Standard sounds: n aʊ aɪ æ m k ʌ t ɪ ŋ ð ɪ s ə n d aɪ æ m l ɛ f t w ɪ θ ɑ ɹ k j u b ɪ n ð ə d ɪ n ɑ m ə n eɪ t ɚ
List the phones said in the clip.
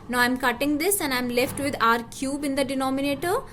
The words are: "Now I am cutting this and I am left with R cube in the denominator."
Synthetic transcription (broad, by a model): n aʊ aɪ m k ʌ t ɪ ŋ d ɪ s ə n d aɪ m l ɛ f t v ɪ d ɑ ɹ k j u b ɪ n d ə d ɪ n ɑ m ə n eɪ t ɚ